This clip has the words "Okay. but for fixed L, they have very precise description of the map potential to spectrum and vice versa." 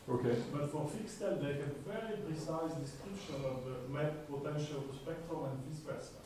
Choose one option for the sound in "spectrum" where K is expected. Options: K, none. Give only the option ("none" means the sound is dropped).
K